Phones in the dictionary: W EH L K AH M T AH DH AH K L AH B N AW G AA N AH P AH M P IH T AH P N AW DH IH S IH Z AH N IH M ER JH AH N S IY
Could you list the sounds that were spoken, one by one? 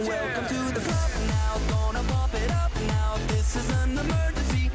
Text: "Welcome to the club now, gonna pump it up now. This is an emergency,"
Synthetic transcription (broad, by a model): W EH L K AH M T AH DH AH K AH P N AW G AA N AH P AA P IH T AH P N AW DH IH S IH Z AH N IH M ER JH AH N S IY